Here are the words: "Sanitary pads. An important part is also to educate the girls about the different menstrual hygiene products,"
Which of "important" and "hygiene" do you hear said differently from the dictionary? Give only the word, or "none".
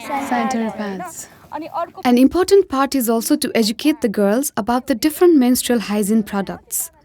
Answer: hygiene